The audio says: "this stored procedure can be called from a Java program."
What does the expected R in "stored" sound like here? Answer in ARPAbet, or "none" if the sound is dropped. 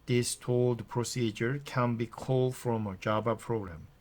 L